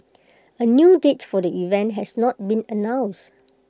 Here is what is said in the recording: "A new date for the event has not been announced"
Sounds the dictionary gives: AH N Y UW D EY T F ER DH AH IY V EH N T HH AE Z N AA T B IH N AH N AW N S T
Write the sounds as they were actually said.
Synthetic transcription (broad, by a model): AH N Y UW D EY T F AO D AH IY V EH N T HH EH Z N AA T B IH N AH N AW N S